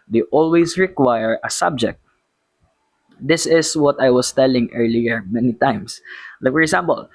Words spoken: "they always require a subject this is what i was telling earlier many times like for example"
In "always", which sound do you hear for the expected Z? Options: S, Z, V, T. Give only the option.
S